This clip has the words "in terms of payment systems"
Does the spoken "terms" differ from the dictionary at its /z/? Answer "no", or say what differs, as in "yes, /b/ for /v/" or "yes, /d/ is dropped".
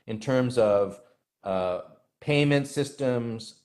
no